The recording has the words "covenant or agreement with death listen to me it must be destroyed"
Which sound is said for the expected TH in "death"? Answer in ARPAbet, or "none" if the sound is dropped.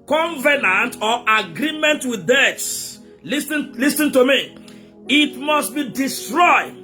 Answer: T